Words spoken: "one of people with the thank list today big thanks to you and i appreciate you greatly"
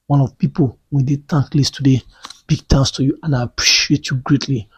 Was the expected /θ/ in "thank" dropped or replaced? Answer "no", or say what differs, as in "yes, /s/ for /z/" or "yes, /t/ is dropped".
yes, /t/ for /θ/